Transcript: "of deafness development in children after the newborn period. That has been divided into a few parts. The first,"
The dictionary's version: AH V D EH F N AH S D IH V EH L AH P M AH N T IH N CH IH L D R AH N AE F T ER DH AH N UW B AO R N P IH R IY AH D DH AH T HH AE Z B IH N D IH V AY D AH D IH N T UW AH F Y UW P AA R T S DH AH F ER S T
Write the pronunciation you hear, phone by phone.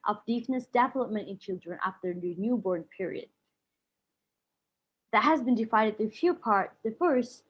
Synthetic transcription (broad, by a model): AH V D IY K N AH S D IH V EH L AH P M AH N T IH N CH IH L D R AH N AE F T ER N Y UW B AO R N P IH R IY AH D DH AH T HH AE Z B IH N D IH F AY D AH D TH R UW F Y UW P AA R T S DH AH F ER S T